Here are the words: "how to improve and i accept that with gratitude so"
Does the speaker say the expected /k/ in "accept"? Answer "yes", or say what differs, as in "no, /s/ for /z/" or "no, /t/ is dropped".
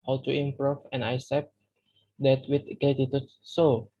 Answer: no, /k/ is dropped